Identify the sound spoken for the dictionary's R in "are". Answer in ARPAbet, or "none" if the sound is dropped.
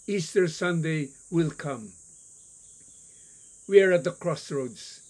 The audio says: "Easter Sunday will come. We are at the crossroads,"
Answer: R